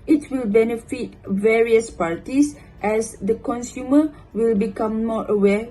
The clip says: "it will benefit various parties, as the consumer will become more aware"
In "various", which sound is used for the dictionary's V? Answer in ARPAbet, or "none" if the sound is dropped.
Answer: V